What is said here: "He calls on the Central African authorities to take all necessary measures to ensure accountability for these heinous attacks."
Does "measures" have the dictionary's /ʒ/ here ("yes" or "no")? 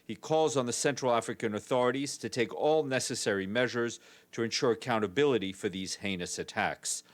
yes